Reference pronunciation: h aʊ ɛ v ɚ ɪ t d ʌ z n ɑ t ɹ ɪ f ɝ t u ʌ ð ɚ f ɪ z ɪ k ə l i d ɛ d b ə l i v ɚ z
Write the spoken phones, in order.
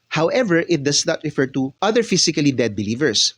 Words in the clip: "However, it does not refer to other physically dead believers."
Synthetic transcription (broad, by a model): h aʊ ɛ v ɚ ɪ t d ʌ s n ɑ t ɹ ɪ f ɝ t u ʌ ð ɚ f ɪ s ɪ k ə l i d ɛ d b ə l i v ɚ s